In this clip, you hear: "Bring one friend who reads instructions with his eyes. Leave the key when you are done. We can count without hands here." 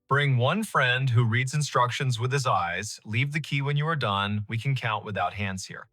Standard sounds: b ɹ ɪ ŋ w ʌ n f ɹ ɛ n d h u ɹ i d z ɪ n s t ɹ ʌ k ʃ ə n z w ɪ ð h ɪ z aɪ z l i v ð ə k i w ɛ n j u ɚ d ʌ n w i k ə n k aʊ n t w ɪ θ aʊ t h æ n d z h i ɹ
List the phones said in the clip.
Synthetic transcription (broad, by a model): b ɹ ɪ ŋ w ʌ n f ɹ ɛ n d h u ɹ i d z ɪ n s t ɹ ʌ k ʃ ə n z w ɪ ð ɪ z aɪ z l i v ð ə k i w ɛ n j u ɚ d ʌ n w i k ə n k aʊ n t w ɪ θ aʊ t h æ n d z h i ɹ